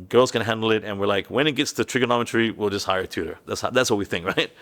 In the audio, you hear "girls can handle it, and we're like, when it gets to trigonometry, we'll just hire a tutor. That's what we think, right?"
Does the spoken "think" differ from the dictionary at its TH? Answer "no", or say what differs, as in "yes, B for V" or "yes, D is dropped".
no